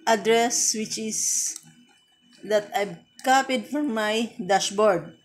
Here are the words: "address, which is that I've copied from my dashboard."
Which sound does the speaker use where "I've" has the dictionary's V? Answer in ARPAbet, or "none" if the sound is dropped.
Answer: B